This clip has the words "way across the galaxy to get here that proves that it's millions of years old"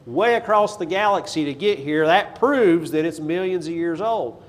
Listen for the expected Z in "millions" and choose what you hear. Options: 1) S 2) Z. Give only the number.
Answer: 2